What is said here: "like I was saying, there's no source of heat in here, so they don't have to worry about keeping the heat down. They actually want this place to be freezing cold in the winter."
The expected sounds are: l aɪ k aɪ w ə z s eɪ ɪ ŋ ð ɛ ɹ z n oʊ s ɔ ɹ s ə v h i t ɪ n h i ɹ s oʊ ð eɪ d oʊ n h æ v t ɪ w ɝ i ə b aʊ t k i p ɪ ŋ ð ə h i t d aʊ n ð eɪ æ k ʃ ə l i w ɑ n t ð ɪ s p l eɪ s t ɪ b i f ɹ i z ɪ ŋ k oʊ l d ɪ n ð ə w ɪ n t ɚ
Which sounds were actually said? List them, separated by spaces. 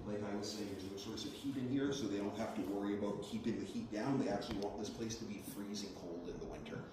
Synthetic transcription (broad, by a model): l aɪ k aɪ w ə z s eɪ ɪ ŋ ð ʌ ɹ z n oʊ s ɔ ɹ s ə v h i t ɪ n h i ɹ s oʊ ð eɪ d oʊ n h æ f t ɪ w ɝ i ə b aʊ t k i p ɪ ŋ ð ə h i t d aʊ n ð eɪ æ k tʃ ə l i w ɑ n ð ɪ s p l eɪ s t ɪ b i f ɹ i z ɪ ŋ k oʊ l d ɪ n ð ə w ɪ n t ɚ